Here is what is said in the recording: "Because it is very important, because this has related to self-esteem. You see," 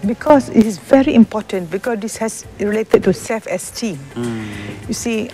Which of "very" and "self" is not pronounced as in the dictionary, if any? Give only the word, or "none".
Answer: self